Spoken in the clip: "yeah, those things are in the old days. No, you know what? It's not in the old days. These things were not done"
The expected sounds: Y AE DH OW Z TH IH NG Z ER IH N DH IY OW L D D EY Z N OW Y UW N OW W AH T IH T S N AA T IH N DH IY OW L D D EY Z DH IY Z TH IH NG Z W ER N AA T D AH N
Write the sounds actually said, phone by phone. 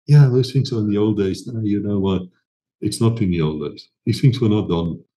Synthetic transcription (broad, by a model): Y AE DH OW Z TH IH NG S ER IH N DH IY OW L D D EY Z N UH Y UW N OW W AH T IH T S N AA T IH N DH IY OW L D D EY Z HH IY TH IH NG S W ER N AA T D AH N